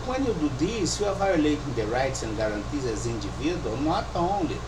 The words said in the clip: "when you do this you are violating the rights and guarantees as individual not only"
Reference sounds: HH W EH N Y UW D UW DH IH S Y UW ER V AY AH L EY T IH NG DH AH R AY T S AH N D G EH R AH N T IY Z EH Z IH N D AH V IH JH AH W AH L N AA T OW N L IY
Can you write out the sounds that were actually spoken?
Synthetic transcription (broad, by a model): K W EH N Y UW D UW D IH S Y UW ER V AY AH L EY T IH NG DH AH R AY T S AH N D G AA R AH N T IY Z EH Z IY N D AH V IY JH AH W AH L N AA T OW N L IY